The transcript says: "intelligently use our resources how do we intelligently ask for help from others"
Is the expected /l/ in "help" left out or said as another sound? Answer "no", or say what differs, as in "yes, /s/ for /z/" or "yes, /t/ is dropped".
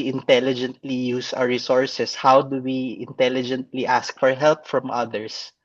no